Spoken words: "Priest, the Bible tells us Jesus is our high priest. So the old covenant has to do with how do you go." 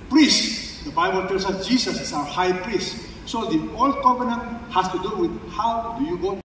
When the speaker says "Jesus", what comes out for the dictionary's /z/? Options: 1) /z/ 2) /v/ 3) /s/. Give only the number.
3